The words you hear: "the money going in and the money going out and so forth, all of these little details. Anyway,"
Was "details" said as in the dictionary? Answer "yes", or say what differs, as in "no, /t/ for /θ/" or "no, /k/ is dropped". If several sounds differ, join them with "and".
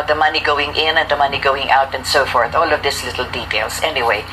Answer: no, /s/ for /z/